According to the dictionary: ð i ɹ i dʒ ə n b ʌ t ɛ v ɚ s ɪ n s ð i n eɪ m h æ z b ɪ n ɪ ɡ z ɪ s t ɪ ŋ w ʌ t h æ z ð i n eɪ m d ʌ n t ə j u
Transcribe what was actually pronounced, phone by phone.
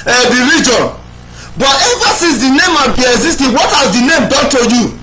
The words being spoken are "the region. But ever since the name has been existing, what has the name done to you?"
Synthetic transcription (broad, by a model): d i ɹ i dʒ ə n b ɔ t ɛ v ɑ s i s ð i n eɪ m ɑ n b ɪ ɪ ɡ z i s t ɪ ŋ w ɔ t h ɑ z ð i n eɪ m d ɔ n t ə j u